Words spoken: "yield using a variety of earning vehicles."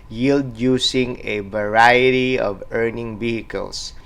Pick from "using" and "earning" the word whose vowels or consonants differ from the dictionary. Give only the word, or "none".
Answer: using